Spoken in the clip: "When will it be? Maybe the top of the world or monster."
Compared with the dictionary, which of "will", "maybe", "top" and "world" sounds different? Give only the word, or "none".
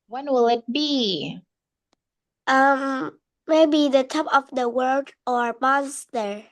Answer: world